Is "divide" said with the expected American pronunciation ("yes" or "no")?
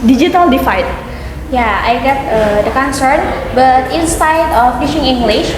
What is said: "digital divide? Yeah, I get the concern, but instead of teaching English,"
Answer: no